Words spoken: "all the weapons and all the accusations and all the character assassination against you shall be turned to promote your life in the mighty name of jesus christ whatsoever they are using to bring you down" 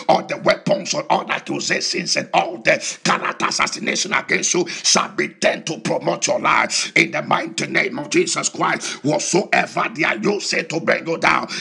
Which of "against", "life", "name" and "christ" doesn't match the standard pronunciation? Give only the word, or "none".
none